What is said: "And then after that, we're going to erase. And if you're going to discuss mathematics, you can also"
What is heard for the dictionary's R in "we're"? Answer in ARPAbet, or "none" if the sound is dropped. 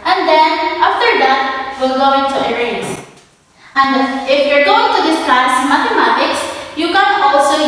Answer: L